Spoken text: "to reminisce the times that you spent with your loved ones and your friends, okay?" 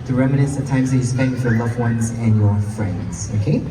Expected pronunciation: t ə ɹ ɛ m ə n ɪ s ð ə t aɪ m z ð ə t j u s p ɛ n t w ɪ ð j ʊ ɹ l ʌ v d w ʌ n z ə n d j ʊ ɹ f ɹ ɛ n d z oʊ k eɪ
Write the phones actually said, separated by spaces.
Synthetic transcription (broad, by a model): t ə ɹ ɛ m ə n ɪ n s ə t aɪ m z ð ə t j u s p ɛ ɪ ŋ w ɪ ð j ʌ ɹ l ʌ v w ʌ n z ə n j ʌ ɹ f ɹ ɛ n d z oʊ k eɪ